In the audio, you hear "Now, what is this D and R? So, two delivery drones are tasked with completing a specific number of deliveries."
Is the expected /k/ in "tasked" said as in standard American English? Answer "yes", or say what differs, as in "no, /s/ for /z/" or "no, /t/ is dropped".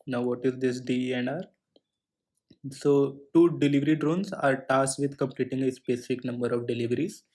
no, /k/ is dropped